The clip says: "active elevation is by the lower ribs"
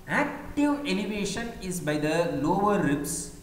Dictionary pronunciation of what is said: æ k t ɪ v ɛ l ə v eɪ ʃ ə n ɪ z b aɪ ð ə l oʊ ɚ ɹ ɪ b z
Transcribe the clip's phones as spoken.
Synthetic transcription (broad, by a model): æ k t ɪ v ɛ n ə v eɪ ʃ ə n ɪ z b aɪ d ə l oʊ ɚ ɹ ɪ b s